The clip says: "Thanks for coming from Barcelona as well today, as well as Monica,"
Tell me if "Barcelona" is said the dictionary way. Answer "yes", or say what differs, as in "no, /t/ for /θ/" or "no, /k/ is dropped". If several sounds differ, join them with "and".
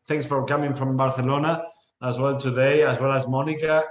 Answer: no, /θ/ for /s/